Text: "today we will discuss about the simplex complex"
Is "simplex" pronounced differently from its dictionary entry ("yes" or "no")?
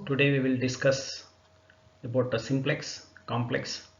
no